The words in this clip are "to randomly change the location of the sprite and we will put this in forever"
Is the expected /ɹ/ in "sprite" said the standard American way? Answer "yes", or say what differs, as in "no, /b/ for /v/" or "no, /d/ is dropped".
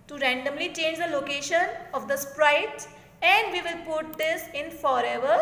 yes